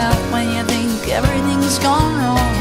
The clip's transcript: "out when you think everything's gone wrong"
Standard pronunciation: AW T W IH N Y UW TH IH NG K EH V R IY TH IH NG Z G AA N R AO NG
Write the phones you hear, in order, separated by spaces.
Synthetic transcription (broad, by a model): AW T W IH N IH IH TH IH NG K EH V R IY TH IH NG Z G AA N R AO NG